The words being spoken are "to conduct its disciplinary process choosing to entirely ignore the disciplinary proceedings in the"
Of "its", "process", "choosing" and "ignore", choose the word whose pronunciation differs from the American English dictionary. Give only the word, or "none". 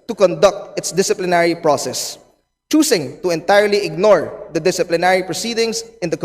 choosing